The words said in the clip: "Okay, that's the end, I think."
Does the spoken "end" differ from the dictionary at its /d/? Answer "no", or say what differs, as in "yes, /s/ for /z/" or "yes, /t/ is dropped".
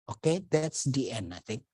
yes, /d/ is dropped